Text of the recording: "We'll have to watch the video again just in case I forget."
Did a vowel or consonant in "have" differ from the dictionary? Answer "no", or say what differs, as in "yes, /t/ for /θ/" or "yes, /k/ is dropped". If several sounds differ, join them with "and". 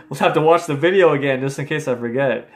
yes, /f/ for /v/